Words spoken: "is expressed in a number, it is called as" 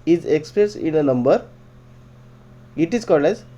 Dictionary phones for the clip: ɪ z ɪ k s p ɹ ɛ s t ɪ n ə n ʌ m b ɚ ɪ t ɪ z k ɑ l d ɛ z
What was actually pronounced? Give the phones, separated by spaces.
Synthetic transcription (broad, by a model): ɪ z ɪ k s p ɹ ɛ s ɪ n ə n ʌ m b ɚ ɪ t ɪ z k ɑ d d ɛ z